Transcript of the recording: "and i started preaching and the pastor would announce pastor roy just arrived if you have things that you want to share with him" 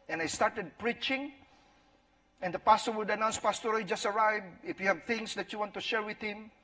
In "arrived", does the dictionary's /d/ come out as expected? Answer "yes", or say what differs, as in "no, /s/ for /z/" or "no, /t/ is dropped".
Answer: no, /d/ is dropped